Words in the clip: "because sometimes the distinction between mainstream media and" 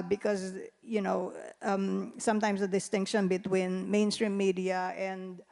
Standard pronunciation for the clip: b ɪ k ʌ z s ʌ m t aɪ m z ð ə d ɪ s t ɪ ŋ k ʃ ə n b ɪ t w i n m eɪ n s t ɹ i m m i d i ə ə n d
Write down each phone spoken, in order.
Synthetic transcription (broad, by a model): b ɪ k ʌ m s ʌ m t aɪ m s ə d ɪ s t ɪ ŋ k ʃ ə n b ɪ t w i n m eɪ n s t ɹ i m m i d i ə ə n d